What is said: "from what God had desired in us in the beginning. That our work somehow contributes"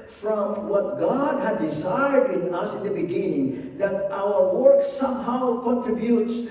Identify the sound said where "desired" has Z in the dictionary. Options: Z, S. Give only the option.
Z